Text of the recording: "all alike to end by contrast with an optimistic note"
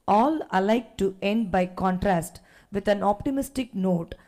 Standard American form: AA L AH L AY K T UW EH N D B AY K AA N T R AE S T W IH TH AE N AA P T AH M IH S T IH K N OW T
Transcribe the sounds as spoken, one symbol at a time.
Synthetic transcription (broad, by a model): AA L AH L AY K T UW EH N D B AY K AA N T R AE S T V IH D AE N AA P T AH M IH S T IH K N OW T